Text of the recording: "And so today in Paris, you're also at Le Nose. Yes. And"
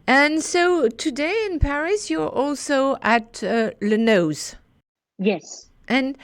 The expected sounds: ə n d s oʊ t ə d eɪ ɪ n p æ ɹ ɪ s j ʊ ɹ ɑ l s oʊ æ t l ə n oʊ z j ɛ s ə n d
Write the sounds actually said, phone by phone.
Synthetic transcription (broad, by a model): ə n s oʊ t ə d eɪ ɪ n p æ ɹ ɪ s j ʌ ɹ ɑ l s oʊ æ t l ə n oʊ z j ɛ s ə n